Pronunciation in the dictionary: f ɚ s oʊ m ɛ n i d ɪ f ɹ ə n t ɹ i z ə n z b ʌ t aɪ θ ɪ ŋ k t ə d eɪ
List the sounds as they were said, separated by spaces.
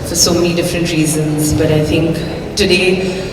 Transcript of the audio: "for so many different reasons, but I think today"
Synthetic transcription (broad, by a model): f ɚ s oʊ m ɛ n i d ɪ f ɹ ə n t ɹ i z ə n z b ʌ t aɪ θ ɪ ŋ k t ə d eɪ